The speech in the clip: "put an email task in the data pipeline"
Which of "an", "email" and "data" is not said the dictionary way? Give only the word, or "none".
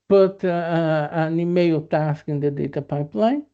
none